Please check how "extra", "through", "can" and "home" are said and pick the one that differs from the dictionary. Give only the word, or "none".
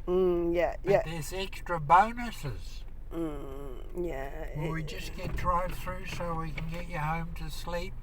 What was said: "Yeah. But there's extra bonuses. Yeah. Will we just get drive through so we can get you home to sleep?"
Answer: none